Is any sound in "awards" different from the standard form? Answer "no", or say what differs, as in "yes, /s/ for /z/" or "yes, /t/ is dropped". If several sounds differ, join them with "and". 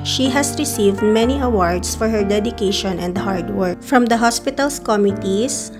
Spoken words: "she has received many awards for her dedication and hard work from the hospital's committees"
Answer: yes, /s/ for /z/